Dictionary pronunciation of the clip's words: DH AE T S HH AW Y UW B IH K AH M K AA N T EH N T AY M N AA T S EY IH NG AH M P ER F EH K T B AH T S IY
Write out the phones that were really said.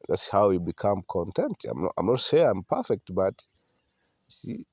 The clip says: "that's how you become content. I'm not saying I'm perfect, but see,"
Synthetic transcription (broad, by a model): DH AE T S HH AW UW B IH K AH M K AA N T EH N T AY M N AA T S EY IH AH M P ER F EH K T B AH T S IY